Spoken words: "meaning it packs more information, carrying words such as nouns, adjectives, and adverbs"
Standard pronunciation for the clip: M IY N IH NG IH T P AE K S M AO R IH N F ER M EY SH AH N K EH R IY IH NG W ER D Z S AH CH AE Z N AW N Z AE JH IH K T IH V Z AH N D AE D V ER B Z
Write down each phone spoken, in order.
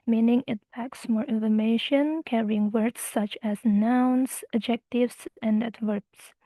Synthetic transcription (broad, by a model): M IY N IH NG IH T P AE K S M AO R IH N F ER M EY SH AH N K EH R IY IH NG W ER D S AH CH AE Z N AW N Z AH JH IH K T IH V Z AH N D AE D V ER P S